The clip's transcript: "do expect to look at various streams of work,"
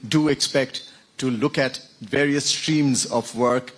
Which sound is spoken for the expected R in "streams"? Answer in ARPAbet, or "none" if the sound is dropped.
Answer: R